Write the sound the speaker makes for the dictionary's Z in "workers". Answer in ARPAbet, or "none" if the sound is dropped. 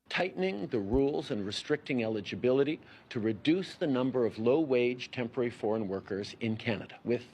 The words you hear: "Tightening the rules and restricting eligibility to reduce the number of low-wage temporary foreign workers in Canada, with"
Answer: Z